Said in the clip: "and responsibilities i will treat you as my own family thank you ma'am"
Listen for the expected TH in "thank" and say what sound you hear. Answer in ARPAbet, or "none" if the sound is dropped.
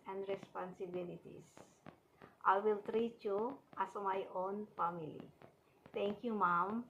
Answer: T